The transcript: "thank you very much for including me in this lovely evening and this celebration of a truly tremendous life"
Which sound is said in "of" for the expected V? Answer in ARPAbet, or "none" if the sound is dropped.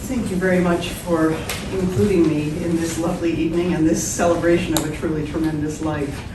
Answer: V